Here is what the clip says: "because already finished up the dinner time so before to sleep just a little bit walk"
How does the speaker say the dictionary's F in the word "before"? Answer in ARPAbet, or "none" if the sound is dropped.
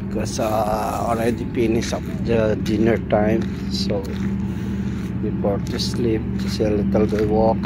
P